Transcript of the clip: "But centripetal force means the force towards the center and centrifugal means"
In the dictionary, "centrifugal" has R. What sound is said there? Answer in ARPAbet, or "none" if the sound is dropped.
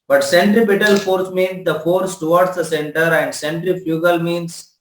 R